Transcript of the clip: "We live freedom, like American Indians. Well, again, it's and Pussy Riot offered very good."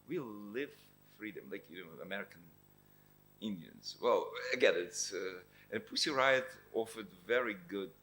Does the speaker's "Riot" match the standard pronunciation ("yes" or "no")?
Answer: yes